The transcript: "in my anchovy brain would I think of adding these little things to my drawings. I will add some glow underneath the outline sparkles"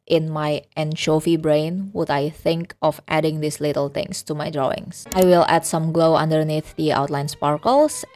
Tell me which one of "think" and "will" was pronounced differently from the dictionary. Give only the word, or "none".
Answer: none